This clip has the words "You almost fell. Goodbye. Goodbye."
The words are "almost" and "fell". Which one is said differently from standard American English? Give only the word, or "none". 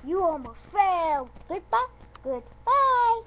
almost